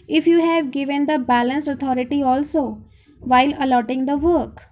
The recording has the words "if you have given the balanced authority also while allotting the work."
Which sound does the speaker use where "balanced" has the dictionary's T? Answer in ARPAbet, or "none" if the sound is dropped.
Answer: none